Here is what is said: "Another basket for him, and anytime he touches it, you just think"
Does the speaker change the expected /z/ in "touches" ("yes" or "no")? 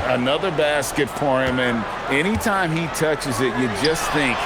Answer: no